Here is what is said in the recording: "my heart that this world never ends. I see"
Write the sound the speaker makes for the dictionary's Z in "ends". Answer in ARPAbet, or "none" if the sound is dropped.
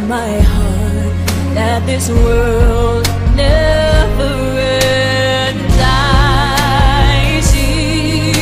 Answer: none